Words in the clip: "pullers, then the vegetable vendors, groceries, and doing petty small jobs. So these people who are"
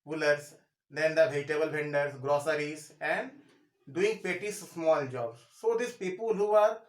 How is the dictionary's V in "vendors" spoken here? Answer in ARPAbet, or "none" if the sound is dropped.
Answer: B